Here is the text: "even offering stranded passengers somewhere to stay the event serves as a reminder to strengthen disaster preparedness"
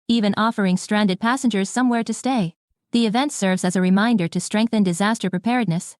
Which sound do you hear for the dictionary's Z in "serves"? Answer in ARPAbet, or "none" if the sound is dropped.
Z